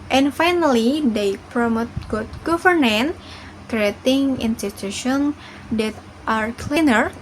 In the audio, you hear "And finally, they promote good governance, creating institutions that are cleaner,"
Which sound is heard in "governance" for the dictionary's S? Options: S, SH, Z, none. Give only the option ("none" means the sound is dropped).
none